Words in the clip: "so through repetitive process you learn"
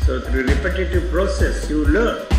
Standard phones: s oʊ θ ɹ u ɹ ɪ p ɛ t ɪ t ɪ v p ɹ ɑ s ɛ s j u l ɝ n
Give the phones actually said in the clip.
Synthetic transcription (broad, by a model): s oʊ t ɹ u ɹ ɪ p ɛ t ɪ t ɪ v p ɹ ɑ s ɛ s j u l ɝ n